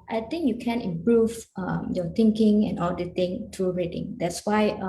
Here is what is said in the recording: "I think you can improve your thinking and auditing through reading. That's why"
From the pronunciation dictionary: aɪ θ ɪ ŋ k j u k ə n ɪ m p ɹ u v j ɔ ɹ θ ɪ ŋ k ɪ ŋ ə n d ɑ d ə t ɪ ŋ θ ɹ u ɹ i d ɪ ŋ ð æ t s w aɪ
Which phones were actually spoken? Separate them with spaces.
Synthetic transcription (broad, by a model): aɪ t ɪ ŋ k j u k ə n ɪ m p ɹ u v j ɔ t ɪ ŋ k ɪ ŋ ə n ɑ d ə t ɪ ŋ t ɹ u ɹ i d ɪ ŋ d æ t s w aɪ